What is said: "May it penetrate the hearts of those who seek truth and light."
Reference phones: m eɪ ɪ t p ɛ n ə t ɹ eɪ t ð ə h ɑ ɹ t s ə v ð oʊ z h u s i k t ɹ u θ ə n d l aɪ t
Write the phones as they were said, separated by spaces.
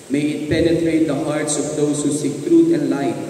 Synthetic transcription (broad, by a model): m eɪ ɪ t p ɛ n ə t ɹ eɪ t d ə h ɑ ɹ t s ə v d oʊ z h u s i k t ɹ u t ə n d l aɪ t